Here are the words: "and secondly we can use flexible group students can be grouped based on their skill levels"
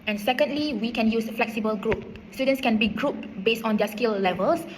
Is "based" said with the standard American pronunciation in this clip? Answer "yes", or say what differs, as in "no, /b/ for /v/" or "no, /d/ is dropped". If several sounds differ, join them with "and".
yes